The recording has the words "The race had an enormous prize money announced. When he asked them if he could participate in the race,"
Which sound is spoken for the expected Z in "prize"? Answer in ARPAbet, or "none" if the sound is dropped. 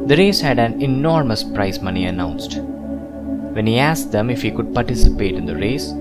S